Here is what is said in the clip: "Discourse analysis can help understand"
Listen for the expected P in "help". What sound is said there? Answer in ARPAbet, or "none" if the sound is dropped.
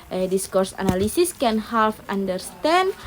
F